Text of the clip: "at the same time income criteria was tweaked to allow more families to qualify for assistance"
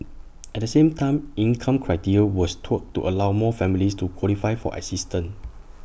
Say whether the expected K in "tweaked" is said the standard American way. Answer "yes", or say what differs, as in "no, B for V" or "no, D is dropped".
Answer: no, K is dropped